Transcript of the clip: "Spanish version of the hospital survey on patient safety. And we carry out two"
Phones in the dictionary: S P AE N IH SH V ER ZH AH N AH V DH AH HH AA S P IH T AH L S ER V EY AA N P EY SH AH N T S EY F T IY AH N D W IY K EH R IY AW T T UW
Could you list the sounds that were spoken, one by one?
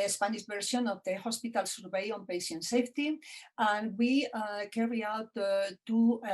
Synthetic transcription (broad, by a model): S P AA N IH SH B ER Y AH N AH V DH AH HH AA S P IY T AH L S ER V EY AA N P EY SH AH N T S EY F T IY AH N W IY K EH R IY AW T T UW